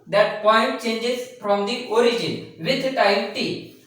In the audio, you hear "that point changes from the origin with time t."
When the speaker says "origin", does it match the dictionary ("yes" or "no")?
yes